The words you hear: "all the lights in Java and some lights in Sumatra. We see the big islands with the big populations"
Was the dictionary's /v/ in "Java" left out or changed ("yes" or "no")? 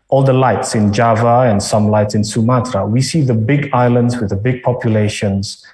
no